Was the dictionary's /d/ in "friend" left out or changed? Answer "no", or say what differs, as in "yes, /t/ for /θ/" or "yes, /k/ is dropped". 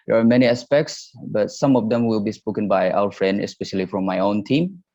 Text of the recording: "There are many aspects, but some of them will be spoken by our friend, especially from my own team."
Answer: no